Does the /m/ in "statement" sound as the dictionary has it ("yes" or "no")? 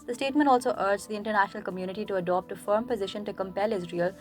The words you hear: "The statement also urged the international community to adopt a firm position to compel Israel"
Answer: yes